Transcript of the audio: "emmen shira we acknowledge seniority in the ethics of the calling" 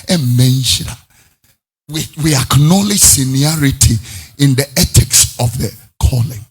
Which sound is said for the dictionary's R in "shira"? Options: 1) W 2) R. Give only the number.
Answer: 1